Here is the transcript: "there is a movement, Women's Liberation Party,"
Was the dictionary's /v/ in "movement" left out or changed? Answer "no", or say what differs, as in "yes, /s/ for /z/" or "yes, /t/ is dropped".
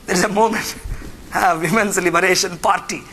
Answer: yes, /v/ is dropped